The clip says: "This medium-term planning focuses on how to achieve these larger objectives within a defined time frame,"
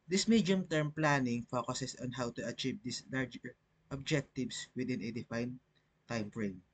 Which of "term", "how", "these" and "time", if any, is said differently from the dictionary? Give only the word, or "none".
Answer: these